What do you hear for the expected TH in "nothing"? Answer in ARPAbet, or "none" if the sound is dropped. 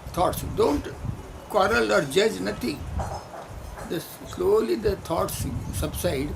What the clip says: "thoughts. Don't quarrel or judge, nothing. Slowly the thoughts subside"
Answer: T